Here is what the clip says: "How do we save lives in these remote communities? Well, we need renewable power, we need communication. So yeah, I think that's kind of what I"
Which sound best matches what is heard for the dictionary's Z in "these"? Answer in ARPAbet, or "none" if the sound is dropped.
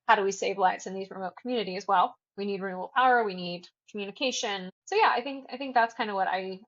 Z